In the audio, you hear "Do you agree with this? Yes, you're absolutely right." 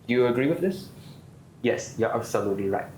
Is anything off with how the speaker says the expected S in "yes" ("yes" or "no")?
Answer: no